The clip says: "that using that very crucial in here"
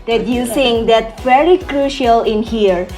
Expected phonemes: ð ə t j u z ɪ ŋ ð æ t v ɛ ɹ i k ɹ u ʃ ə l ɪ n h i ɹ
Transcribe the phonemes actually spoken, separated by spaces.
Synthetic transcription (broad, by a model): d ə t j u s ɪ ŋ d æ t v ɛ ɹ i k ɹ u ʃ ə l ɪ n h i ɹ